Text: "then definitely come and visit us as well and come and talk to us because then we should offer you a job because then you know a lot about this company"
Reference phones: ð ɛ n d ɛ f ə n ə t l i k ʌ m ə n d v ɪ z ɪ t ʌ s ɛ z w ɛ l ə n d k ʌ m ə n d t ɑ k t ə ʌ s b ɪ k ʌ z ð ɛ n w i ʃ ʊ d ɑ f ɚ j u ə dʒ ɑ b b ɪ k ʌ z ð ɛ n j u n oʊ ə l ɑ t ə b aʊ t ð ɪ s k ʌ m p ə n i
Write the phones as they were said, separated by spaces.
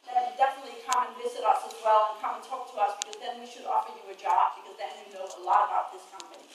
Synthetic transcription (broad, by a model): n d ɛ f ə n ə t l i k ʌ m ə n v ɪ z ɪ t ʌ s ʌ z w ɛ l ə n k ʌ m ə n t ɑ k t ə ʌ s b ɪ k ʌ z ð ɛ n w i ʃ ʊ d ɑ f ɚ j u ə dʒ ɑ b b ɪ k ʌ z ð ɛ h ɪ n oʊ ə l ɑ t ə b aʊ t ð ɪ s k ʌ m p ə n i